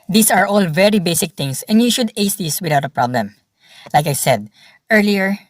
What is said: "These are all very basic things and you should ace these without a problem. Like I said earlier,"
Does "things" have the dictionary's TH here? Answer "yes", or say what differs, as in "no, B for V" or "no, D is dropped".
no, T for TH